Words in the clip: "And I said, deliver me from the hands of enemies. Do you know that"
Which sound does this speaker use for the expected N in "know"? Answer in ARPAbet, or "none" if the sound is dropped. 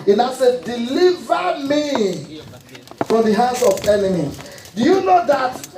N